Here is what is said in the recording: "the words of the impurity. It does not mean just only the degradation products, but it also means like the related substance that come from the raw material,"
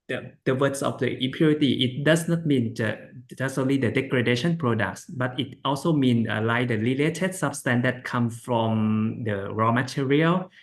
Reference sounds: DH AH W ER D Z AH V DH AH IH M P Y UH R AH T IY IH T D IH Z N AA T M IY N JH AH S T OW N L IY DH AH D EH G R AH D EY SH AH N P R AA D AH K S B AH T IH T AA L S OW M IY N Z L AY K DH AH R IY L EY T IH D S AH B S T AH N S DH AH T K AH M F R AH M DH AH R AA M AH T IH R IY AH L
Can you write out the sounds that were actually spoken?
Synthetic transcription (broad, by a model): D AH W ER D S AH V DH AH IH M P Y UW R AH T IY IH T D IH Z N AA T M IY N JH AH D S OW N L IY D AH D EH G R AH D EY SH AH N P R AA D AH K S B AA T IH T AA L S OW M IY N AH L AY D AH L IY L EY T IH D S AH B S T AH N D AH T K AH M F R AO M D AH R AA M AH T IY R IY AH L